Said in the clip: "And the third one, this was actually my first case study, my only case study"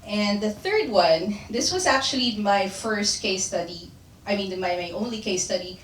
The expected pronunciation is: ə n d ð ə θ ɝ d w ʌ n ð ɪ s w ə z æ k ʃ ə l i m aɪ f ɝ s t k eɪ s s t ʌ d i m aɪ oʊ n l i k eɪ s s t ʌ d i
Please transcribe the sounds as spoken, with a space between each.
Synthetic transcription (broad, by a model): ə n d ð ə θ ɝ d w ʌ n ð ɪ s w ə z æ k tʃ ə l i m aɪ f ɝ s t k eɪ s s t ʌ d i m aɪ oʊ n l i k eɪ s s t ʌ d i